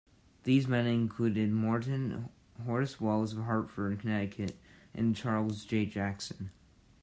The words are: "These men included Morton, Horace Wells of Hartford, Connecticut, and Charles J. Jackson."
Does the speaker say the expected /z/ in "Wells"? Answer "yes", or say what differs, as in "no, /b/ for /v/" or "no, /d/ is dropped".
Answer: yes